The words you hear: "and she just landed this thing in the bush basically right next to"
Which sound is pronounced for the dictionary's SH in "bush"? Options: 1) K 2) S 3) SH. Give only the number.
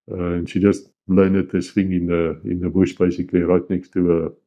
3